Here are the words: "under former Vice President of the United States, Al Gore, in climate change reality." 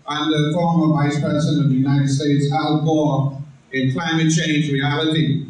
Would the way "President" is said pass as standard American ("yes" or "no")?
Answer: no